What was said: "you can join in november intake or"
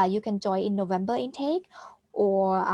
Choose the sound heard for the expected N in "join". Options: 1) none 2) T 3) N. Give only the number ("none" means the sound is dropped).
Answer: 1